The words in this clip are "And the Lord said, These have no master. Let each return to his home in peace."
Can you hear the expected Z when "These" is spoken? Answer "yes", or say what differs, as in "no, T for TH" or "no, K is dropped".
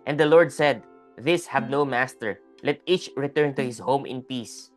no, S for Z